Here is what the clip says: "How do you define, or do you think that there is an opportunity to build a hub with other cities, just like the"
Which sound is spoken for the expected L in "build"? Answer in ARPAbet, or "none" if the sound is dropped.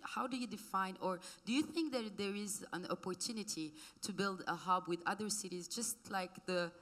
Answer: L